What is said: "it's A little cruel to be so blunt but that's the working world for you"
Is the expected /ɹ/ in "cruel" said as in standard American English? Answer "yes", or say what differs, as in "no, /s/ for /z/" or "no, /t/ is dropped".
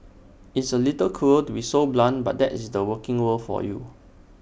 no, /ɹ/ is dropped